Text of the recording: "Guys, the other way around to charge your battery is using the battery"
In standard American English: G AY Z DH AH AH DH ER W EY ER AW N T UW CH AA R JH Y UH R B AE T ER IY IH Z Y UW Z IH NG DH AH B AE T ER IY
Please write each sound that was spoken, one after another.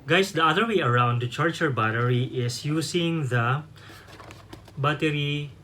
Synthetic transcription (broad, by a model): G AY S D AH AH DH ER W EY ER AW N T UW CH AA R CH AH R B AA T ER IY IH S Y UW S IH NG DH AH B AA T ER IY